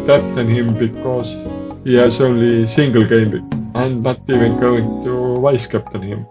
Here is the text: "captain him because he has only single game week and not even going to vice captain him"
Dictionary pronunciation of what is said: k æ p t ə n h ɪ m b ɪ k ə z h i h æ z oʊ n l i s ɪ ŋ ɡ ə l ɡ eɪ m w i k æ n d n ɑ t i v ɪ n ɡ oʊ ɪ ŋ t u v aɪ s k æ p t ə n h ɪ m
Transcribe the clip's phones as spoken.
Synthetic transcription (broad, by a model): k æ p t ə n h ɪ m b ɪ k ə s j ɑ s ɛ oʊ l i s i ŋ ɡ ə l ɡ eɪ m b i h æ n d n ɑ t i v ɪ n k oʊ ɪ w t u v aɪ s k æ p t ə n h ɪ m